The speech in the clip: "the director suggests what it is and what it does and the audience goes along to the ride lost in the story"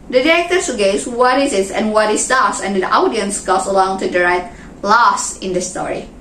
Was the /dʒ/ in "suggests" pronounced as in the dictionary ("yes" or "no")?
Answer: no